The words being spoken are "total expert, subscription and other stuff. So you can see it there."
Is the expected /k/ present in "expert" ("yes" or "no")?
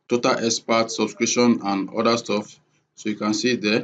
no